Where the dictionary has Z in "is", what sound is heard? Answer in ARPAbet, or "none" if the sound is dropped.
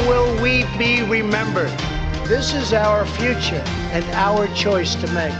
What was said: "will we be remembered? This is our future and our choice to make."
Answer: Z